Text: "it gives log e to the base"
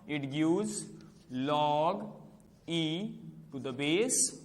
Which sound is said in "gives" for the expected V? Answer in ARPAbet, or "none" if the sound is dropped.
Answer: none